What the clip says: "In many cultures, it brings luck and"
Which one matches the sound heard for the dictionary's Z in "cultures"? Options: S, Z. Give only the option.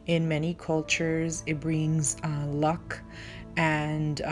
Z